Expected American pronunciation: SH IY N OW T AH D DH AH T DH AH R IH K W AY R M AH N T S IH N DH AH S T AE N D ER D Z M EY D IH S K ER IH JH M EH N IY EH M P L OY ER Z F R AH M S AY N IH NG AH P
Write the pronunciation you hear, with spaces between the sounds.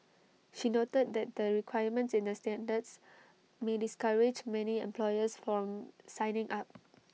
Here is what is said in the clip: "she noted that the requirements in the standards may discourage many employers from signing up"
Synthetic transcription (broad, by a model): SH IY N OW T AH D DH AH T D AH R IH K W AY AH M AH N T S IH N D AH S T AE N D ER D S M EY D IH S K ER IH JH M EH N IY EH M P L OY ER S F R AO M S AY N IH NG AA P